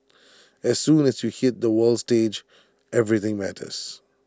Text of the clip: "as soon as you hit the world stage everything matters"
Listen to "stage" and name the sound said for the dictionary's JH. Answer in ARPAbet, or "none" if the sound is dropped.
JH